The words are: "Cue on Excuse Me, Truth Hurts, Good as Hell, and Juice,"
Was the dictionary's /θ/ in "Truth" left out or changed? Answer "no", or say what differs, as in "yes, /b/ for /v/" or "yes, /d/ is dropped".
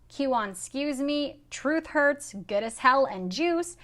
no